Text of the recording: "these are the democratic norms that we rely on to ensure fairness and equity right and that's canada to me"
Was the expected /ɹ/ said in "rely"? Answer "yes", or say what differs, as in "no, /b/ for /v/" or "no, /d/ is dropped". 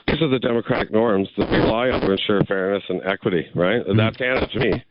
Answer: no, /l/ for /ɹ/